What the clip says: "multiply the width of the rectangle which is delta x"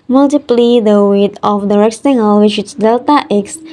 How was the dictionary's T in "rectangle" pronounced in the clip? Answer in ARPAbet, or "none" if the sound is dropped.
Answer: S